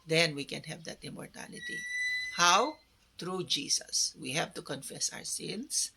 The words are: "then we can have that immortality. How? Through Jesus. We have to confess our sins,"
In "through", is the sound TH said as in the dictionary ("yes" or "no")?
no